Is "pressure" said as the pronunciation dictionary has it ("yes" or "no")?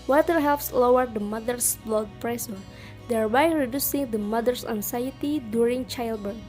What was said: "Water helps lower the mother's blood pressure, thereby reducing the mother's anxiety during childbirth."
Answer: no